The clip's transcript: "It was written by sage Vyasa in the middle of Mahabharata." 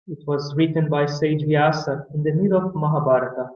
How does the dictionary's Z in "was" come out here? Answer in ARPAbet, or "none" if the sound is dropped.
Z